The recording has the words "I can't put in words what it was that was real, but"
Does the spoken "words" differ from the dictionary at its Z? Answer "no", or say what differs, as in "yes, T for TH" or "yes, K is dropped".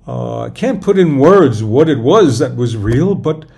no